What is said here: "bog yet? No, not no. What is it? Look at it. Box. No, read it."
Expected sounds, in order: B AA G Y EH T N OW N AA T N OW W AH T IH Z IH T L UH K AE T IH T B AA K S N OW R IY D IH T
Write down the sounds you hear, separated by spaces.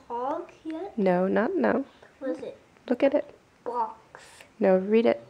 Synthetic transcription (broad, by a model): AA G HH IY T N OW N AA T N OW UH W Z IH T L UH K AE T IH T B AA K S N OW R IY D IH T